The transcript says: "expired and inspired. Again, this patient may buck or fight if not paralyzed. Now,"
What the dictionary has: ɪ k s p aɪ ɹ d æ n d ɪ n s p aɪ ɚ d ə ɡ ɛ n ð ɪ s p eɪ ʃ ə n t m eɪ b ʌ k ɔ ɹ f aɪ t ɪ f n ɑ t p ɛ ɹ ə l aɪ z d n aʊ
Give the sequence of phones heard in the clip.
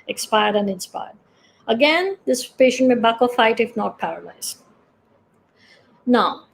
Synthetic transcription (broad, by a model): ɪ k s p aɪ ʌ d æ n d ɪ n s p aɪ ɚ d ə ɡ ɛ n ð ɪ s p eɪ ʃ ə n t m eɪ b ʌ k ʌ l f aɪ t ɪ f n ɑ t p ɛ ɹ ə l aɪ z n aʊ